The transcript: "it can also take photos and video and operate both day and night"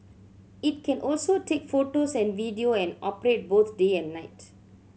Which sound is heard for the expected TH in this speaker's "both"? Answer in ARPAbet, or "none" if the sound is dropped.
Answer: T